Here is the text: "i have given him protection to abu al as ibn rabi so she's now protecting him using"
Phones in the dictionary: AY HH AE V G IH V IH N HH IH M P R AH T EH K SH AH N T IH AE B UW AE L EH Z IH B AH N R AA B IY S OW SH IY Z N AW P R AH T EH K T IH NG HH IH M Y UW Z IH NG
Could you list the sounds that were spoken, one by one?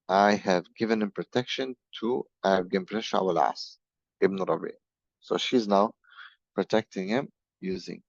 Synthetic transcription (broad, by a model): AY HH AE V G IH V IH N HH IH M P R AH T EH K SH AH N T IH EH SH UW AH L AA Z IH B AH R AA B IY S OW SH IY Z N AW P R AH T EH K T IH NG HH IH M Y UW Z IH NG